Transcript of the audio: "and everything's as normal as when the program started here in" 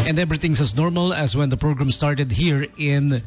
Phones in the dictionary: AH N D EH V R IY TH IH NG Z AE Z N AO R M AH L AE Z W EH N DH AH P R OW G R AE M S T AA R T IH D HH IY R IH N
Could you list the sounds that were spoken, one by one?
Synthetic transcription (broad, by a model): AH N D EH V R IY T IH NG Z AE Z N AO R M AH L AE Z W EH N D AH P R OW G R AE M S T AA R T IH D HH IY R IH N